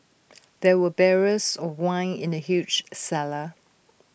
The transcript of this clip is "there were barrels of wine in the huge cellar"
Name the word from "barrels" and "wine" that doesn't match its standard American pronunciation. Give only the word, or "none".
barrels